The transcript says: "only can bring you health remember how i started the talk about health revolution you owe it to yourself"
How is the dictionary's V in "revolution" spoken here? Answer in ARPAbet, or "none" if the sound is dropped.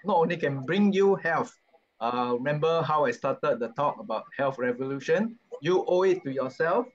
V